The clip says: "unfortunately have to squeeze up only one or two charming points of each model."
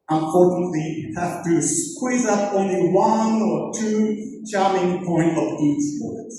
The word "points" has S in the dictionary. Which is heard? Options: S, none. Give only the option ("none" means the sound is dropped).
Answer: none